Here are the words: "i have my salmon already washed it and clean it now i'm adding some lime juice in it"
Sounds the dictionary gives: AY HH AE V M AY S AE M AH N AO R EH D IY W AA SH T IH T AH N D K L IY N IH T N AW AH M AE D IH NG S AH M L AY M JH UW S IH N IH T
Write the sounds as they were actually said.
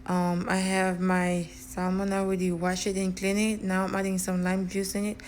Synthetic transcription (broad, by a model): AY HH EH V M AY S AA M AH N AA W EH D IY W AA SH IH T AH N K L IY N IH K N AW AH M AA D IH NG S AH M L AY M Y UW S IH N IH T